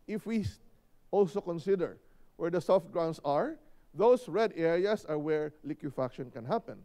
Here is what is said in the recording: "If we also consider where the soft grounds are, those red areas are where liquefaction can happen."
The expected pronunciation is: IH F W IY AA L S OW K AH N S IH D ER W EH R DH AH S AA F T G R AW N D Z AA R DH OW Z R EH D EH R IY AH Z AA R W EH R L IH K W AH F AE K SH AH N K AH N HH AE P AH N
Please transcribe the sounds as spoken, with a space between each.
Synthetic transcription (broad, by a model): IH F W IY AA L S OW K AH N S IH D ER W EH R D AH S AA F T G R AW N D S AA R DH OW S R EH D EH R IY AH S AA R W EH R L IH K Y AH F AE K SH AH N K AH N HH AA P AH N